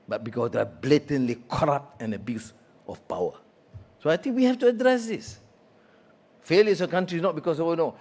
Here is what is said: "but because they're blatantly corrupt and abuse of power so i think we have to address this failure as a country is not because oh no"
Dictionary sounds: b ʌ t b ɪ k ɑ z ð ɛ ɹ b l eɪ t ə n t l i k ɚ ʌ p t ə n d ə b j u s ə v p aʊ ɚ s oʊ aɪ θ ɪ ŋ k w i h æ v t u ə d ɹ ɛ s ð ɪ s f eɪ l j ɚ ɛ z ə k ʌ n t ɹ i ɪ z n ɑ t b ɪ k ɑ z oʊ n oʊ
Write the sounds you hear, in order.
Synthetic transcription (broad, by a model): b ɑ t b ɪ k ɑ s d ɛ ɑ b l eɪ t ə n l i k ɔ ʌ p t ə n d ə b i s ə f p aʊ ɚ s oʊ aɪ t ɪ ŋ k w i h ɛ f t u ə d ɹ ɛ s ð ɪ s f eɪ l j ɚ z ə k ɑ n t ɹ i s n ɑ t b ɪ k ɑ s oʊ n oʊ